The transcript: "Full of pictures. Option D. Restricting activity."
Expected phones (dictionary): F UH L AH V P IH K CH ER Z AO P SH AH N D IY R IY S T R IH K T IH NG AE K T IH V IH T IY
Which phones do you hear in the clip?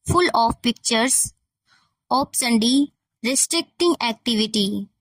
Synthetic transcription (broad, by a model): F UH L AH F P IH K CH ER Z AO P S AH N D IY R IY S T R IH K T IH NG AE K T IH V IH T IY